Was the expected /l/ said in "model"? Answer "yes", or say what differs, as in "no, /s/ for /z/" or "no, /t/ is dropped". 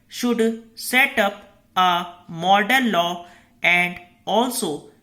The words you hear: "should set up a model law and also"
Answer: no, /n/ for /l/